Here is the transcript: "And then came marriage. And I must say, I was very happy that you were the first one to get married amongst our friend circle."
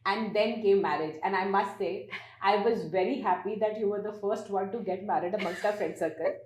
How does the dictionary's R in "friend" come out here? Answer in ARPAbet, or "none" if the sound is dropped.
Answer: none